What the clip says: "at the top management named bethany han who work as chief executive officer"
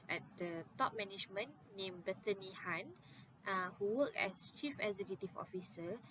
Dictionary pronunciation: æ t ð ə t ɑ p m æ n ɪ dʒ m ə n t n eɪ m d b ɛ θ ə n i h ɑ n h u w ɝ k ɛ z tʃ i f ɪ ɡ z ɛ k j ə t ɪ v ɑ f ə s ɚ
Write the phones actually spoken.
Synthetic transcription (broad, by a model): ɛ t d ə t ɑ p m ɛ n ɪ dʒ m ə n n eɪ m b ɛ t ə n i h ɑ n h u w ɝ k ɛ s tʃ i f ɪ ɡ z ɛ k j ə t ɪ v ɑ f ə s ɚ